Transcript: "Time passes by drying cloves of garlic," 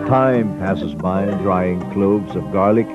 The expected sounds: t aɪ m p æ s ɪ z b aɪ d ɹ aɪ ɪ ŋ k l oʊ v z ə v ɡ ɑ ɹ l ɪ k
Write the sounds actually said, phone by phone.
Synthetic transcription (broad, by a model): t aɪ m p æ s ɪ z b aɪ d ɹ aɪ ɪ ŋ k l oʊ v z ə v ɡ ɑ ɹ l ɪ k